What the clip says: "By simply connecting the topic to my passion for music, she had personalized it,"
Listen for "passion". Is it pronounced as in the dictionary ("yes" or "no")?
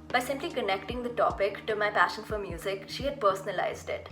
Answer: yes